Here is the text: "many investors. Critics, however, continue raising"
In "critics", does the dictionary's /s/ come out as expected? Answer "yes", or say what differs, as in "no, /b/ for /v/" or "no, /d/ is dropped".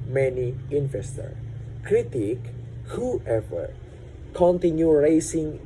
no, /s/ is dropped